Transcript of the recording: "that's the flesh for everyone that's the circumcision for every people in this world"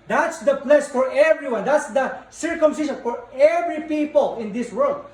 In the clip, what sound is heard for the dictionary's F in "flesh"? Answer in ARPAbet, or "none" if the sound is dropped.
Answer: P